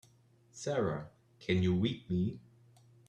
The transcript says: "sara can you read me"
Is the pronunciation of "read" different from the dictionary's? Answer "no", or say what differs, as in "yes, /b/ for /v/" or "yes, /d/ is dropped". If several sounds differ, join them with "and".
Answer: yes, /w/ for /ɹ/